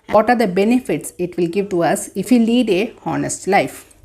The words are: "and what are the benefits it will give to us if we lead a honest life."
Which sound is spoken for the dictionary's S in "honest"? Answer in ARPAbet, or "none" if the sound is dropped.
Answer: S